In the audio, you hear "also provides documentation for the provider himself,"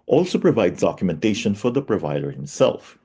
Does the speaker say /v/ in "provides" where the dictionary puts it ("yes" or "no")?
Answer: yes